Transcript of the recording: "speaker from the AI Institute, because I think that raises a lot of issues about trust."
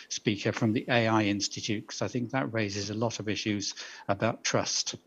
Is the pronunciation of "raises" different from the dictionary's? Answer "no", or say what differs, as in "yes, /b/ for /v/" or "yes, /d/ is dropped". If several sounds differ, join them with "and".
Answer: no